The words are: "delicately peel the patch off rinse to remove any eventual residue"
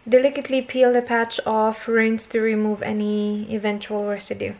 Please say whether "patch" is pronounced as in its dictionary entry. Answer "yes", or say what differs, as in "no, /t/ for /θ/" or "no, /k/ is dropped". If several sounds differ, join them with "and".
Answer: yes